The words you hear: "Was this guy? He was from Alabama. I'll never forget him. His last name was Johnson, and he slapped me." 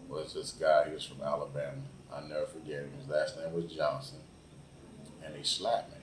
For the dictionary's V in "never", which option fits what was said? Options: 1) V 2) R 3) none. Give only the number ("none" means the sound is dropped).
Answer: 3